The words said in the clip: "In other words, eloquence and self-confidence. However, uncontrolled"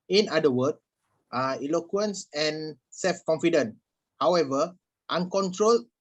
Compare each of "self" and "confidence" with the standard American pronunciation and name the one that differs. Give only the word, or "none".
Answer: confidence